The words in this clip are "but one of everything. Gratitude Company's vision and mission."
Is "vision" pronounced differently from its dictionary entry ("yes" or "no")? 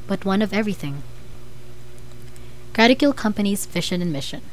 yes